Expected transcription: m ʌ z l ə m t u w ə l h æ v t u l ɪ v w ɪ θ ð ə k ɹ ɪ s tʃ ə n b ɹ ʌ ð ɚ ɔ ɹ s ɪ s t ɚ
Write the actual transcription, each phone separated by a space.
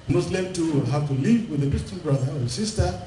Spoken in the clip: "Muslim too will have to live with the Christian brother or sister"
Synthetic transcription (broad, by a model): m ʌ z l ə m t u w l h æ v t u l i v w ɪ ð ə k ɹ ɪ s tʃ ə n b ɹ ʌ ð ɚ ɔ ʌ s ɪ s t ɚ